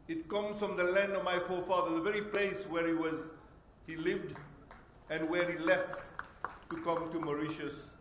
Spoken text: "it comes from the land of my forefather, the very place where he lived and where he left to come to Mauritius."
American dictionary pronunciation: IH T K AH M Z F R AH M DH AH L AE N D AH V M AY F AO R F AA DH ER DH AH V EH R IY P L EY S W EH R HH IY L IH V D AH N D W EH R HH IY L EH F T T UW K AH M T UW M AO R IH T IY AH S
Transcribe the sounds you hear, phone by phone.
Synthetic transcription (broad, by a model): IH T K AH M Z F R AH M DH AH L AE N D AH V M AY F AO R F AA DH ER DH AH V EH R IY P L EY S W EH R HH IY L IH V D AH N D W EH R HH IY L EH F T T UW K AH M T UW M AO R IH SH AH S